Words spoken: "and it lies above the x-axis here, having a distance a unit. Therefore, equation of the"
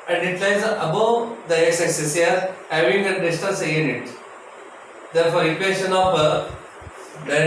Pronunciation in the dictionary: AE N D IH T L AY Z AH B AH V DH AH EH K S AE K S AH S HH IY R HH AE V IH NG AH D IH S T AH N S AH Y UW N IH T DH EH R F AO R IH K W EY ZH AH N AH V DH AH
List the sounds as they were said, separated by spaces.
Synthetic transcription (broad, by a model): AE N D IH T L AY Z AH B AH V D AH EH K S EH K S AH S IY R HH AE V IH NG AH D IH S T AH L S AH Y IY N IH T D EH R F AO R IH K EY SH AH N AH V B